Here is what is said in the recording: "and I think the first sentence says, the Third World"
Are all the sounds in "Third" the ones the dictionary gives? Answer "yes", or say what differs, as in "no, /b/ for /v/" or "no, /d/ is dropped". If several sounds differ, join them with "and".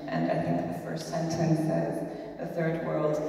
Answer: yes